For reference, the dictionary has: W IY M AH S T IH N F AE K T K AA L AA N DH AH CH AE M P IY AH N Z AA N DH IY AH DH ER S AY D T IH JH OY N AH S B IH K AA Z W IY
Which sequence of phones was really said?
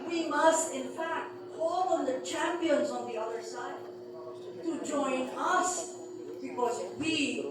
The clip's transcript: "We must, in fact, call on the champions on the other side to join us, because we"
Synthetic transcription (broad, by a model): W IY M AH S T IH N F AE K T K AA L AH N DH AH CH AE M P IY AH N Z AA N DH IY AH DH ER S AY D T IH JH OY N AH S B IH K AA Z W IY